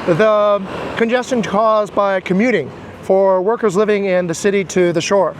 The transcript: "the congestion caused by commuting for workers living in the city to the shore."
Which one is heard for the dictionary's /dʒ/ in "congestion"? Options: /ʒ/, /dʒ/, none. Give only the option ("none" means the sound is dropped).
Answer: /dʒ/